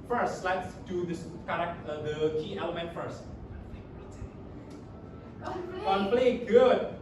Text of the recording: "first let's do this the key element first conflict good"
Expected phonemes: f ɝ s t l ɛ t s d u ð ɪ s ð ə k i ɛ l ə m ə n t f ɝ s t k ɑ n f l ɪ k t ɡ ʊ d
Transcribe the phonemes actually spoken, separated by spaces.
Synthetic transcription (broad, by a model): f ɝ s t l ɛ t s d u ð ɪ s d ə k i ɛ l ə m ə n t f ɝ s t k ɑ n p l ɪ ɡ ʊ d